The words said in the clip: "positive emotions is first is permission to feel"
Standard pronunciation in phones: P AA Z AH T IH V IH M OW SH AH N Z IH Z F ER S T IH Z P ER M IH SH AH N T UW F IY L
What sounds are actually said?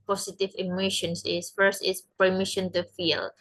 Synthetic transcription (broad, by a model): P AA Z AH T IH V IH M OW SH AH N S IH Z F ER S T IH S P ER M IH SH AH N T UW F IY L